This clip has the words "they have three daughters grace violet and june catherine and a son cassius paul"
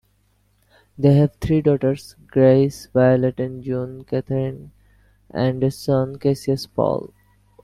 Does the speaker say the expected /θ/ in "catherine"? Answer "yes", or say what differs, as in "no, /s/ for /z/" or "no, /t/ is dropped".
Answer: no, /t/ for /θ/